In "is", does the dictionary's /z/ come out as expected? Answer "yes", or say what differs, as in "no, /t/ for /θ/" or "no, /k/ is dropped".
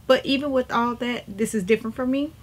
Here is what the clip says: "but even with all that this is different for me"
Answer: yes